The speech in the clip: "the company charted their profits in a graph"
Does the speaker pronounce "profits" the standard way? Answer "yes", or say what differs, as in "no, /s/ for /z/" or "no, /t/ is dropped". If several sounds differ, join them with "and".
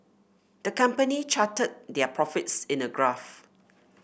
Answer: yes